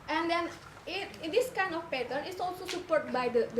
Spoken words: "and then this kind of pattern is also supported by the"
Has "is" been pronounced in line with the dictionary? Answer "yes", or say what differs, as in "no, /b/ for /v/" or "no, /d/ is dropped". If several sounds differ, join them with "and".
no, /s/ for /z/